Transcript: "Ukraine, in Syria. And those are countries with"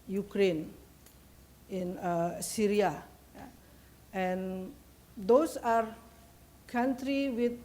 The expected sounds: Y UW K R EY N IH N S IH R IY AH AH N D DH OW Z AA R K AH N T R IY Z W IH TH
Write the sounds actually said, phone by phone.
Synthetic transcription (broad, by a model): Y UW K R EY N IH N S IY R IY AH AH N D OW S AA R K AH N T R IY W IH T